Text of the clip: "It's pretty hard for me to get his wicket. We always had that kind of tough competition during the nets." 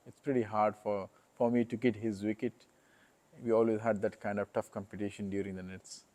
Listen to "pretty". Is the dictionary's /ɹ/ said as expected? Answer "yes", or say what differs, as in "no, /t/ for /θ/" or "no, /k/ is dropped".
yes